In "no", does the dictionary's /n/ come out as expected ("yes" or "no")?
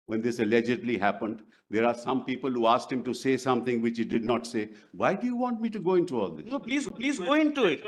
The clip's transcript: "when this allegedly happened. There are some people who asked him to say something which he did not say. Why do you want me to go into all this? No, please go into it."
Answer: no